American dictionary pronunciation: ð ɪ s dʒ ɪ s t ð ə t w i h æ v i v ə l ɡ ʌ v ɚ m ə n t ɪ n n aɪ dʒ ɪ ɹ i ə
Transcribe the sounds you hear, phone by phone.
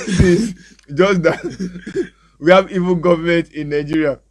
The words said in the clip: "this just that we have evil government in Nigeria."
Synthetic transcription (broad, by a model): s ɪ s dʒ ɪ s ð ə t w i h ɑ v i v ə n ɡ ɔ v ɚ m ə n t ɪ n n aɪ dʒ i ɹ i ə